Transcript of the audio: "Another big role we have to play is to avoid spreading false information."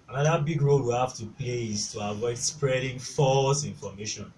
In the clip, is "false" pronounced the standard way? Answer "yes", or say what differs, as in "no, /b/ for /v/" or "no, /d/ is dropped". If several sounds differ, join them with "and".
yes